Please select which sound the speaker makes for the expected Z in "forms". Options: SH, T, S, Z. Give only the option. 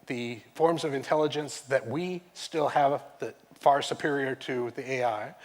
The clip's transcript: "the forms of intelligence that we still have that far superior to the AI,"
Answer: Z